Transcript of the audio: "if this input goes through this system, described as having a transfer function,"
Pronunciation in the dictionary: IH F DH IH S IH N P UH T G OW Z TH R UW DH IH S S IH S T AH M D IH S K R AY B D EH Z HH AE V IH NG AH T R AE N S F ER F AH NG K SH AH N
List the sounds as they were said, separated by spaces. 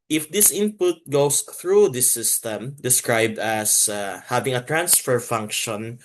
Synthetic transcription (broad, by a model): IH F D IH S IH N P UH T G OW S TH R UW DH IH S S IH S T AH M D IH S K R AY B D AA S HH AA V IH NG AH T R AE N S F ER F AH NG K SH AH N